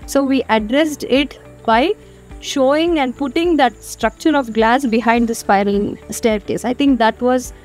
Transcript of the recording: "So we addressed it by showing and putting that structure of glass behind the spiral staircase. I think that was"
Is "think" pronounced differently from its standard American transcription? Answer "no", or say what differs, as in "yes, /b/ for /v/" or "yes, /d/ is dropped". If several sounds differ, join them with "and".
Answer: yes, /t/ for /θ/